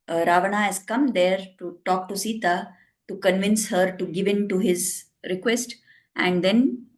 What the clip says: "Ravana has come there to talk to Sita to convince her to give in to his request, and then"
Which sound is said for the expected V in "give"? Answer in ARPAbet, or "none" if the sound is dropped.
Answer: V